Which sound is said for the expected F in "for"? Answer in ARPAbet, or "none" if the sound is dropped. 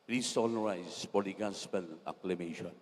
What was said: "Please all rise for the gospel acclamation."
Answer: P